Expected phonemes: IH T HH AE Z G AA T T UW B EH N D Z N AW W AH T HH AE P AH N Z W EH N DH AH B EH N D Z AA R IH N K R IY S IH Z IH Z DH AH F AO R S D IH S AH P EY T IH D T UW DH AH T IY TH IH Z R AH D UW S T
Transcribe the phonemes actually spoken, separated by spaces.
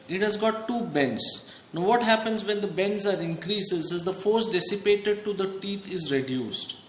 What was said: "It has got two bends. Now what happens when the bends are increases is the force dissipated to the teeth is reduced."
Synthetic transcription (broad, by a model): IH T HH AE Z G AA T T UW B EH N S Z N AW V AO T HH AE P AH N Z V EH N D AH B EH N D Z AA R IH N K R IY S IH Z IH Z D AH F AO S D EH S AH P EY T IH D T UW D AH T IY T IH Z R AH D UW S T